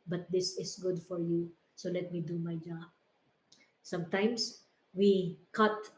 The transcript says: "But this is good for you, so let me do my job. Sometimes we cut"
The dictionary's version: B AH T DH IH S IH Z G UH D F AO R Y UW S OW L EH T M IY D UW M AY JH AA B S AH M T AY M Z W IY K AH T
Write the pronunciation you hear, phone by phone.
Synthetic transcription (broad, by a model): B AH T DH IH S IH S G UH D F AO R Y UW S OW L EH T M IY D UW M AY JH AA B S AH M T AY M S W IY K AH T